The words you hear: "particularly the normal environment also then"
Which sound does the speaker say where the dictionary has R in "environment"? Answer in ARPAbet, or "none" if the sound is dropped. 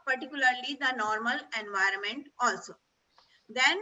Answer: R